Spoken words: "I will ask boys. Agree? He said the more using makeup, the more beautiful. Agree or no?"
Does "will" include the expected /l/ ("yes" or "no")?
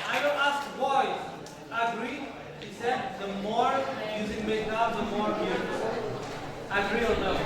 no